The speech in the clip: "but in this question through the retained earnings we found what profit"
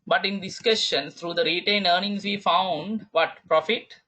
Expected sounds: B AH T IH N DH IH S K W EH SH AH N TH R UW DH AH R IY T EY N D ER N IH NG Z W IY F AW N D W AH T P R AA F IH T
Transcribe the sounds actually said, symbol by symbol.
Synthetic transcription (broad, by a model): B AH T IH N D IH S K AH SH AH N S R UW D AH R IY T EY N D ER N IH NG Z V IY F AW N D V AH T P R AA F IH T